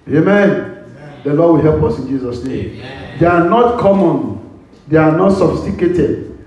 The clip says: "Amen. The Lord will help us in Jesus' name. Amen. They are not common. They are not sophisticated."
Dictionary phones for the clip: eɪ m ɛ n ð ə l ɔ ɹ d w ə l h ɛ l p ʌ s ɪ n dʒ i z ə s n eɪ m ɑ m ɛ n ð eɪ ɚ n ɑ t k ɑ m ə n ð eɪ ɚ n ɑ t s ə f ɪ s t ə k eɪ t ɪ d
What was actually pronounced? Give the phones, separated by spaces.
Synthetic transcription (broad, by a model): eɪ m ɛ n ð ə l ɔ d w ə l h ɛ l p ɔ s ɪ n dʒ i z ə s n eɪ m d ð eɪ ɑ n ɑ t k ɑ m ə n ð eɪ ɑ n ɑ t s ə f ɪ s t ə k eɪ t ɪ d